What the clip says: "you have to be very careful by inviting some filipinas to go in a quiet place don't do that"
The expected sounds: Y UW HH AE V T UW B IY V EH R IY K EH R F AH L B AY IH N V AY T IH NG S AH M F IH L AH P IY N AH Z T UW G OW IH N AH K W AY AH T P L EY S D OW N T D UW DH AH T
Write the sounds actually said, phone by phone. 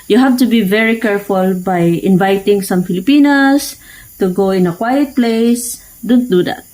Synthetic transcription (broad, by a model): Y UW HH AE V T UW B IY V EH R IY K EH R F AH L B AY IH N V AY T IH NG S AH M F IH L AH P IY N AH S T UW G OW IH N AH K W AY AH T P L EY S D OW N T D UW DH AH T